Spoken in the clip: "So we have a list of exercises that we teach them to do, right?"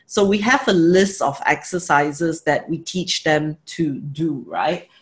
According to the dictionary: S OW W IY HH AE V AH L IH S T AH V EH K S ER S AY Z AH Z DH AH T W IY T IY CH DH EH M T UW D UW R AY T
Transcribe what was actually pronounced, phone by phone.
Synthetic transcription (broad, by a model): S OW W IY HH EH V AH L IH S T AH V EH K S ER S AY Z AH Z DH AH T W IY T IY CH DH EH M T UW D UW R AY T